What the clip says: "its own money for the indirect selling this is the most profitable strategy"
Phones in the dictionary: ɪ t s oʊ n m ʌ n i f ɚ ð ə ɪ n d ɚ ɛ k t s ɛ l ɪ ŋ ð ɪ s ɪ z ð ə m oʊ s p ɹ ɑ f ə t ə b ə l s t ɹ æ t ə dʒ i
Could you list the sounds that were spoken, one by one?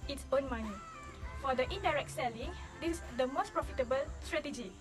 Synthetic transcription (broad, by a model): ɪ t s oʊ n m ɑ n i f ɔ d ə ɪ n d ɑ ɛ k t s ɛ l ɪ ŋ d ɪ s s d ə m oʊ s p ɹ ɑ f ə t ə b ə l s t ɹ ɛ t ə dʒ i